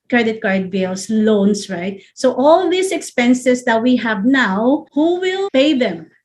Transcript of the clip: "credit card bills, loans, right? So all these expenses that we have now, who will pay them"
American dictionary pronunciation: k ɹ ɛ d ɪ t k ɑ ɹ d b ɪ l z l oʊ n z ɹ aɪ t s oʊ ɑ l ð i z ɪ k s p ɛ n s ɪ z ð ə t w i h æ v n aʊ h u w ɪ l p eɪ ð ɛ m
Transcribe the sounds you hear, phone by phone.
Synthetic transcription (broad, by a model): k ɹ ɛ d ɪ t k ɑ ɹ d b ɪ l s l oʊ n s ɹ aɪ t s oʊ ɑ l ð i s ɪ k s p ɛ n s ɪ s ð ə t w i h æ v n aʊ h u w ɪ l p eɪ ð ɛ m